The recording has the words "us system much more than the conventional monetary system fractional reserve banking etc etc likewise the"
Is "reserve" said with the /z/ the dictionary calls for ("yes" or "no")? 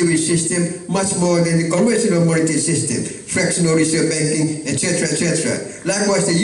no